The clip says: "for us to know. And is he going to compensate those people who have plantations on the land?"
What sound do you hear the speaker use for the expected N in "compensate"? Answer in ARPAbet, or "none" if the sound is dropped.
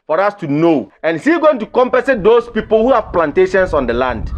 none